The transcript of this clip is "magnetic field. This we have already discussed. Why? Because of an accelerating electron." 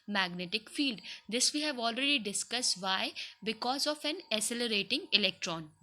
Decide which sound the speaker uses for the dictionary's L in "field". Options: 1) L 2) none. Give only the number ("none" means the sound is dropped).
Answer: 1